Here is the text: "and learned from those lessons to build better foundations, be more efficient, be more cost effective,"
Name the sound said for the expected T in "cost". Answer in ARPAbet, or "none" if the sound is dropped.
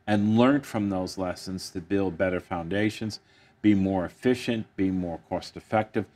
T